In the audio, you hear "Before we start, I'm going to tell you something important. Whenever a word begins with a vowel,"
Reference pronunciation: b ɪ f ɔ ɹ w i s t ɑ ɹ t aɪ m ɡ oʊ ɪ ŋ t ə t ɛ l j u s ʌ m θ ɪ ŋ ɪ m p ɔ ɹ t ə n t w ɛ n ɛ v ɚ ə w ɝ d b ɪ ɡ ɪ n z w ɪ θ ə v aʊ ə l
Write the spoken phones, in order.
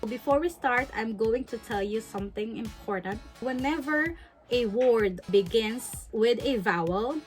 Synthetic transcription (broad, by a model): b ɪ f ɔ ɹ w i s t ɑ ɹ t aɪ m ɡ oʊ ɪ ŋ t ə t ɛ l j u s ʌ m θ ɪ ŋ ɪ m p ɔ ɹ t ə n t w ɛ n ɛ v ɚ ə w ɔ d b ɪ ɡ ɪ n s w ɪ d ə v aʊ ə l